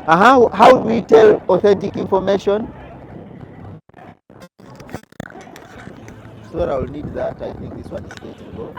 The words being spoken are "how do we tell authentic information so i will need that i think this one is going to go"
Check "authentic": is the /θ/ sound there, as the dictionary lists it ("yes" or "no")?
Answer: yes